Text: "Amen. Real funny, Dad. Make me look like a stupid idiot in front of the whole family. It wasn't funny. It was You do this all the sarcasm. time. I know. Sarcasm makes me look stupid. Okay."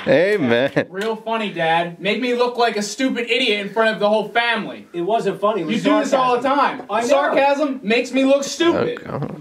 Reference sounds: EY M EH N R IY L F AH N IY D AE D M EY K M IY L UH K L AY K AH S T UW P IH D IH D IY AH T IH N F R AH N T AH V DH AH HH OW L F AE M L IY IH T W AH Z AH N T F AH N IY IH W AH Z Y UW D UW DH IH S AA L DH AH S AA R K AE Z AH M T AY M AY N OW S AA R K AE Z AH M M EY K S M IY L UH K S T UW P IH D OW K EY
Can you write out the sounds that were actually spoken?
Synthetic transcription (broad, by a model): EY M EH N R IY L F AH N IY D AE D M EY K M IY L UH K L AY K AH S T UW P IH D IH D IY AH T IH N F R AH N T AH V DH AH HH OW L F AE M L IY IH T W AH Z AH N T F AH N IY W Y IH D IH DH IH S AA L DH AH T AA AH M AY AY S AA R K AE Z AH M M EY K S M IY L UH K S T UW P IH D